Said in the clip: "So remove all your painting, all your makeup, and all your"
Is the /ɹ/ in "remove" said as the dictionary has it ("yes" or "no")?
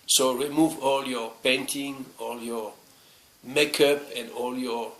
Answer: yes